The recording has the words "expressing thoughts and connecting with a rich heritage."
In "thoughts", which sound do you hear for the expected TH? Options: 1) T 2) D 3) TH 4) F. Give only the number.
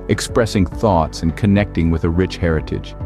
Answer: 3